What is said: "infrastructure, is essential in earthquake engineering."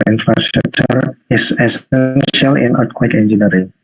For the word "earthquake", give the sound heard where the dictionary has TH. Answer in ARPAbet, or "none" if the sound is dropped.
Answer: T